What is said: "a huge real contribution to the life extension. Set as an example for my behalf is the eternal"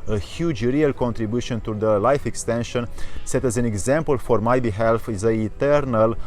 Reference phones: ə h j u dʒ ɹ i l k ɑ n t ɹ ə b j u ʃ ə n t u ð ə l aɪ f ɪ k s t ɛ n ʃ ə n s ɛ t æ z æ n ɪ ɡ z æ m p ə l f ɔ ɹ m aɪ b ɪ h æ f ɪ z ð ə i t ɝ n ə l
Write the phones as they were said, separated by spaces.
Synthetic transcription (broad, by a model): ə h j u dʒ ɹ i l k ɑ n t ɹ ə b j u ʃ ə n t u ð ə l aɪ f ɪ k s t ɛ n ʃ ə n s ɛ t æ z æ n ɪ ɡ z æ m p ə l f ɔ ɹ m aɪ b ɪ h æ f ɪ z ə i t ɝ n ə l